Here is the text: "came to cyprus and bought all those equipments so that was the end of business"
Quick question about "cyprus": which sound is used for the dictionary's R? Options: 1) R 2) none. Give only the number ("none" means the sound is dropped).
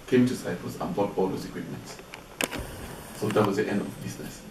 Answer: 2